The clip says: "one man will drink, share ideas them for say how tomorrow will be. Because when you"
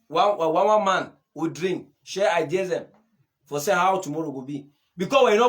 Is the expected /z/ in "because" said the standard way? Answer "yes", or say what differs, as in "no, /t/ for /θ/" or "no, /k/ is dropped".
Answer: no, /z/ is dropped